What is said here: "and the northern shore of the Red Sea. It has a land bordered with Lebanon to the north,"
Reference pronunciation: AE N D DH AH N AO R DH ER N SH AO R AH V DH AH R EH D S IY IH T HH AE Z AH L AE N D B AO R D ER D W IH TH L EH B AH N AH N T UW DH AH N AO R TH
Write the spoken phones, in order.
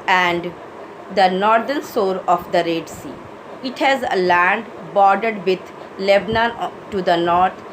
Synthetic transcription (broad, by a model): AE N D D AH N AO R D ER N S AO R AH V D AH R EH D S IY IH T HH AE Z AH L AE N D B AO R D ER D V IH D L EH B N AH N T UW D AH N AO R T